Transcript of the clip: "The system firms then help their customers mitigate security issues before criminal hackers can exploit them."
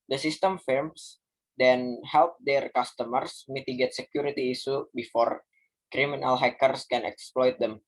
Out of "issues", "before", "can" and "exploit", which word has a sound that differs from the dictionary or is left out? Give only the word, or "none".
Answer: issues